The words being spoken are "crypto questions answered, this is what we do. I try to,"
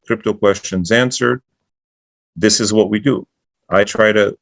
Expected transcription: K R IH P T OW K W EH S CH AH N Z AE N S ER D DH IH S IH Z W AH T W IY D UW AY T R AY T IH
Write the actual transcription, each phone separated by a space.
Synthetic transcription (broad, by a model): K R IH P T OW K W EH S CH AH N Z AE N S ER D DH IH S IH Z W AH T W IY D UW AY T R AY T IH